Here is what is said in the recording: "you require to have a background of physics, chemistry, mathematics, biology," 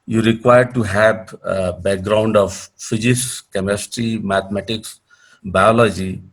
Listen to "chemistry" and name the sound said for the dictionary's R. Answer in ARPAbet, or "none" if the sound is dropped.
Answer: R